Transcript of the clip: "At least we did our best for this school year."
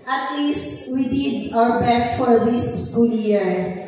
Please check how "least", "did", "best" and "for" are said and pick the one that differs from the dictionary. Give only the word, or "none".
none